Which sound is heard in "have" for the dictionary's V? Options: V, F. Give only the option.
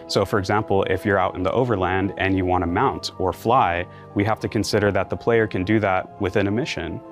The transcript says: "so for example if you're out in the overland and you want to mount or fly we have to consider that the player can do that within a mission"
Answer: F